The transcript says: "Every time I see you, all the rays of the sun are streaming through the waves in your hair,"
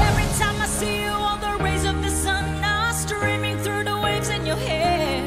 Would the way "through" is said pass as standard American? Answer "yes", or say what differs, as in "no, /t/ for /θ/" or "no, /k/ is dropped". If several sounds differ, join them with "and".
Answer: yes